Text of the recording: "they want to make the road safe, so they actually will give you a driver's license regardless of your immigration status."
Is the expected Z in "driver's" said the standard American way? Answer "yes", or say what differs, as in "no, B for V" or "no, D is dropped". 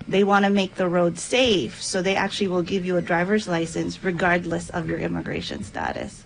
yes